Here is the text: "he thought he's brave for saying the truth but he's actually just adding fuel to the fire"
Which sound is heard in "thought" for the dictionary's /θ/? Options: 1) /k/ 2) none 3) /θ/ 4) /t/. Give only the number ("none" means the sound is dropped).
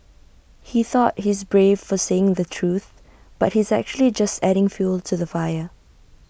3